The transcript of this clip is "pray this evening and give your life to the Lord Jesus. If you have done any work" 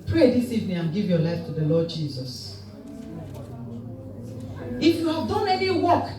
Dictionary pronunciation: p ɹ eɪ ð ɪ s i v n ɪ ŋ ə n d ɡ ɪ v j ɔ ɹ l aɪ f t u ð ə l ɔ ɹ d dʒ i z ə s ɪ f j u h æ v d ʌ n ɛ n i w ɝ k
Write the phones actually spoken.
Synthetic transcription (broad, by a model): p ɹ eɪ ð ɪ s i v n ɪ ŋ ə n ɡ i v j ɔ l aɪ f t u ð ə l ɔ d dʒ i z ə s ɪ f j u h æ v d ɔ n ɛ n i w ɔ k